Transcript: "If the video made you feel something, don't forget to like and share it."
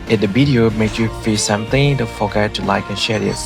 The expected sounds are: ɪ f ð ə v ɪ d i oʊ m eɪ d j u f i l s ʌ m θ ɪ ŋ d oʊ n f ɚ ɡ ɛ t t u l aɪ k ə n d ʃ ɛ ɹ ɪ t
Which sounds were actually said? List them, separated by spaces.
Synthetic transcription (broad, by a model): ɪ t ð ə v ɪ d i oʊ m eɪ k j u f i s ʌ m θ ɪ ŋ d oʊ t f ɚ ɡ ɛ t t u l aɪ k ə n ʃ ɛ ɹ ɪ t